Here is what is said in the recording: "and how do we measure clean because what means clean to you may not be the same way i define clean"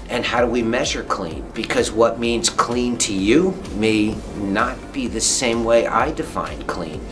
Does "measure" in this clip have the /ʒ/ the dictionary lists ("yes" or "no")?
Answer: yes